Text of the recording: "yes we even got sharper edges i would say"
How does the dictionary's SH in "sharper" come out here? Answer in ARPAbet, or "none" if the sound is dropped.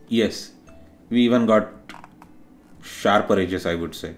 SH